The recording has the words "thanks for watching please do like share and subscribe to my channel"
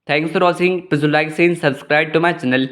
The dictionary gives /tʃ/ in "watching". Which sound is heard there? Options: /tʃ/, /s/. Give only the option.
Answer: /s/